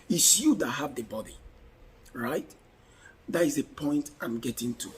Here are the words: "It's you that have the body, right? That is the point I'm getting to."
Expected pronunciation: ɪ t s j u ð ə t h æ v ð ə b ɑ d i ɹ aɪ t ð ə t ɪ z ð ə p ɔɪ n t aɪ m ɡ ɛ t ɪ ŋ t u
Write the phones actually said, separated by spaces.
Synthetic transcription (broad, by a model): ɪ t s j u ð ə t h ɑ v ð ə b ɑ d i ɹ aɪ t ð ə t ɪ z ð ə p ɔɪ n t aɪ m ɡ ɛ t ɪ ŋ t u